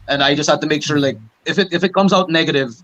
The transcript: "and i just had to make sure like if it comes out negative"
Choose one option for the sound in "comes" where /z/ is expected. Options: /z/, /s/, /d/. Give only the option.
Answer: /z/